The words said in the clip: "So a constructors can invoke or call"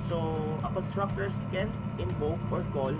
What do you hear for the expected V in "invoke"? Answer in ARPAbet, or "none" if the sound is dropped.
B